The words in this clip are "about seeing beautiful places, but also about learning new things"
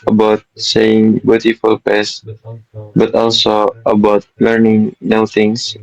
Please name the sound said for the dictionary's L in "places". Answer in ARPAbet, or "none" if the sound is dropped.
none